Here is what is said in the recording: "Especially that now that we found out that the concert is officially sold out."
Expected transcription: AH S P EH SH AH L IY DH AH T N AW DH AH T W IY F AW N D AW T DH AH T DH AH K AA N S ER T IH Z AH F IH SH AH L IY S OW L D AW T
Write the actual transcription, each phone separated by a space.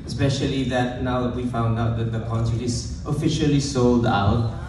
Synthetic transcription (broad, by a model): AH S P EH SH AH L IY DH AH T N AW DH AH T W IY F AW N D AW T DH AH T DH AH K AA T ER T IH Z AH F IH SH AH L IY S OW L D AW T